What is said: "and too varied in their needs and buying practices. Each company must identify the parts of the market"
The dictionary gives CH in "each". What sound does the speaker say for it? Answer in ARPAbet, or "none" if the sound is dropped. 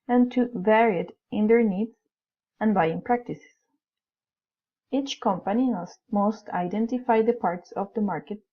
CH